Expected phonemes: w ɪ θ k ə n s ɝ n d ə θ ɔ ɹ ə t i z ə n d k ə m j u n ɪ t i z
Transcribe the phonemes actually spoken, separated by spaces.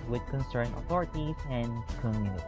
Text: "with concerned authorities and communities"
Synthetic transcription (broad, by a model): w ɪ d k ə n s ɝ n ə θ ɔ ɹ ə t i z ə n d k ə m j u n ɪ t